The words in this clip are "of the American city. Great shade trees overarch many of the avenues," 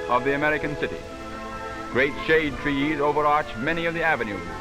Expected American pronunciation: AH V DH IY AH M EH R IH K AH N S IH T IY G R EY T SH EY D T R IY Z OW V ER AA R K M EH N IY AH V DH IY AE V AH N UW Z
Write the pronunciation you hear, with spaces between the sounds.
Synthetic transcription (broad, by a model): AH V DH IY AH M EH R IH K AH N S IH T IY G R EY T SH EY D T R IY Z OW V ER AA R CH M EH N IY AH V DH IY AE V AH N UW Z